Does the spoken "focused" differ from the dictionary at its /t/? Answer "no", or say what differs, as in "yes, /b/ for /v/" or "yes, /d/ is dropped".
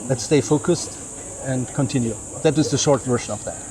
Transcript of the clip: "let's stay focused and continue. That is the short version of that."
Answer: no